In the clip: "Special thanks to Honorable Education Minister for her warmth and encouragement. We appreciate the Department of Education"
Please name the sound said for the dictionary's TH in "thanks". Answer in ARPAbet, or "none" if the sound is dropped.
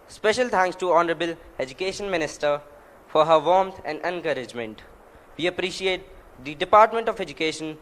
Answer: T